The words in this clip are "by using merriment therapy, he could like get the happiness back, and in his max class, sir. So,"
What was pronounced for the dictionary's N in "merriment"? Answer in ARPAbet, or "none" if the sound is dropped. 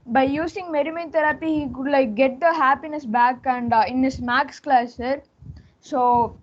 none